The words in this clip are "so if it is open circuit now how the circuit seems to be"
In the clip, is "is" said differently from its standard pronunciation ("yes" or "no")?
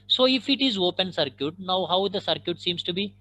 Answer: no